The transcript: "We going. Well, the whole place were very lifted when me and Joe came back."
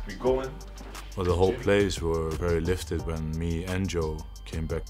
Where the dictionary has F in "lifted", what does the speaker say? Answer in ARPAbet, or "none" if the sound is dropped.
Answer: F